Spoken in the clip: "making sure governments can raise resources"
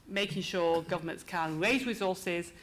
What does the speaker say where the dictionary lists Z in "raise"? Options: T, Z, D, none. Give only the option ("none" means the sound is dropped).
Z